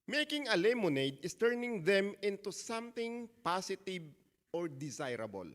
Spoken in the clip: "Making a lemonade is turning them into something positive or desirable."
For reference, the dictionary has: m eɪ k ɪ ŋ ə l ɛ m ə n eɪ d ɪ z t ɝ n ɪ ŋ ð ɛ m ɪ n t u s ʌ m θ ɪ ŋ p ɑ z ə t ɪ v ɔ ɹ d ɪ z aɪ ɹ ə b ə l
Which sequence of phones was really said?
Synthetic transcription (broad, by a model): m eɪ k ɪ ŋ ə l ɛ m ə n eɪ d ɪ s t ɝ n ɪ ŋ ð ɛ m ɪ n t u s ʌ m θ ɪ ŋ p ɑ s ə t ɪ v ɔ ɹ d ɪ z aɪ ɹ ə b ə l